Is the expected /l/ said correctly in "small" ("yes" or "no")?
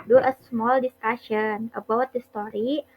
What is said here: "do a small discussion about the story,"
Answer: yes